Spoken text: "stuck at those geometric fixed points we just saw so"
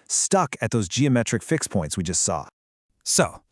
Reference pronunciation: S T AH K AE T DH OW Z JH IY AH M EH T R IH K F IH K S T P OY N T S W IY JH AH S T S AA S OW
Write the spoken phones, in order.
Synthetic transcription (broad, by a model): S T AH K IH T DH OW Z JH IY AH M EH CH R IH K F IH K S P OY N T S W IY JH AH S T S AA S OW